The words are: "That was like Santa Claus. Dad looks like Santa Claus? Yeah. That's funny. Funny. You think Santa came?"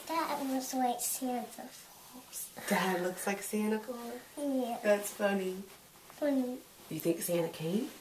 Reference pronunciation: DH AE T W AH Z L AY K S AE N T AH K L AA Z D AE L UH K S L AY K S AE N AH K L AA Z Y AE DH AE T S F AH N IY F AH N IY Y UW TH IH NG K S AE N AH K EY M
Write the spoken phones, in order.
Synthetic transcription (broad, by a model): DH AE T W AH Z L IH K S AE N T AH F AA S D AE L UH K S L AY K S AE N AH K AA Y AE DH AE T S F AH N IY F AH N IY Y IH TH IH NG K S AE N AH K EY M